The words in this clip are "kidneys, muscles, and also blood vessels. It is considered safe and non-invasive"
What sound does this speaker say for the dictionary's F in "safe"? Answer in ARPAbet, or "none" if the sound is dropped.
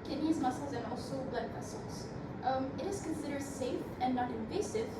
F